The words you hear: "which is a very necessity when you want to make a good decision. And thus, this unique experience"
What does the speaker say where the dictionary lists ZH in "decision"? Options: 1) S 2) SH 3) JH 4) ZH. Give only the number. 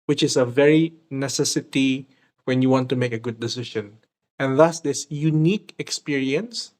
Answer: 2